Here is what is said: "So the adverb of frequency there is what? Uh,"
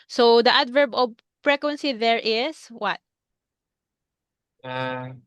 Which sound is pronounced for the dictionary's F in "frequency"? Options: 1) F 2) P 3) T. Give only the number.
2